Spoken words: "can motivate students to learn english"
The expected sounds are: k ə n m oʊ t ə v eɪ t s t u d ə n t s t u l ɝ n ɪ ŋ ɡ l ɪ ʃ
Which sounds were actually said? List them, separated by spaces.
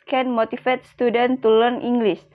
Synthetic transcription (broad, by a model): k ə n m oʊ t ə f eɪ t s t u d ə n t t u l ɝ n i ŋ ɡ l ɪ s